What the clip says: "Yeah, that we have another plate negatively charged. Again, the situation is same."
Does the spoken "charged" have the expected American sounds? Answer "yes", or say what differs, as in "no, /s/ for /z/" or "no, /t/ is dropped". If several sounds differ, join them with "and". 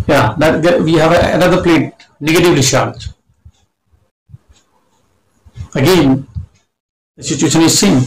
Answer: no, /ʃ/ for /tʃ/ and /d/ is dropped